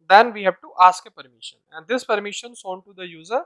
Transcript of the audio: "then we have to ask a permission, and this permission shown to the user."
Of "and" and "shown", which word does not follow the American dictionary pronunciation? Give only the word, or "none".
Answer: shown